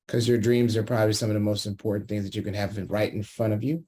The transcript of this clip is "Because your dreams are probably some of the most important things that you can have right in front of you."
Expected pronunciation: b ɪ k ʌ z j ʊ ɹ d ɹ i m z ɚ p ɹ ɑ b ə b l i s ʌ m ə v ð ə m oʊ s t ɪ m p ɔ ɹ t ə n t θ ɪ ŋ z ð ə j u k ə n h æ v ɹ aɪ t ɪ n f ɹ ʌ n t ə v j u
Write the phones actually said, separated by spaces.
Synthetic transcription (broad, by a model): k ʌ z j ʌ ɹ d ɹ i m z ɚ p ɹ ɑ b ə b l i s ʌ m ə v ð ə m oʊ s t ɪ m p ɔ ɹ t n θ ɪ ŋ z ð ə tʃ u k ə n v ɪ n ɹ aɪ t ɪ n f ɹ ʌ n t ə v j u